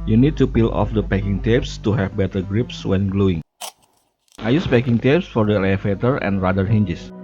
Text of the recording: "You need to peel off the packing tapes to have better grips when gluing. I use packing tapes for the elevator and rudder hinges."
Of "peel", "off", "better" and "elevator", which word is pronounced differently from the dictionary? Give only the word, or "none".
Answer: elevator